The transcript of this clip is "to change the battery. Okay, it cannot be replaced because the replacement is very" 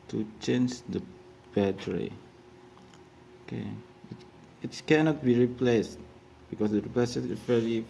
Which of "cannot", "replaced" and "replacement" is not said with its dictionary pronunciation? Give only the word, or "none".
replacement